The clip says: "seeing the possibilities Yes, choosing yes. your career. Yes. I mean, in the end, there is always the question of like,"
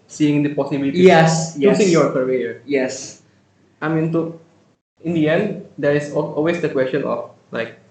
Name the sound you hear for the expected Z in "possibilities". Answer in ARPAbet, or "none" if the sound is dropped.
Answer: none